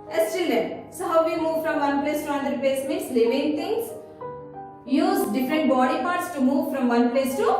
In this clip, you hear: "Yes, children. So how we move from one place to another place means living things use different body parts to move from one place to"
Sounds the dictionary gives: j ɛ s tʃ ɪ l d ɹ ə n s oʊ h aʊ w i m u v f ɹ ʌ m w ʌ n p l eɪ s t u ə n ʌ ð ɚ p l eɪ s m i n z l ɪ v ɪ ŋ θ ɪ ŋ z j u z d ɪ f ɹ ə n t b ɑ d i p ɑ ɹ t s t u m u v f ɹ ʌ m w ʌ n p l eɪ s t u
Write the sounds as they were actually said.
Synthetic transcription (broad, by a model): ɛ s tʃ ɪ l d ə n s oʊ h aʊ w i m u v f ɹ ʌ m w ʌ n p l eɪ s t u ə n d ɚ p l eɪ s m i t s l ɪ v ɪ ŋ t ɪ ŋ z j u z d ɪ f ɹ ə n t b ɑ d i p ɑ ɹ t s t u m u v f ɹ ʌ m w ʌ n p l eɪ s t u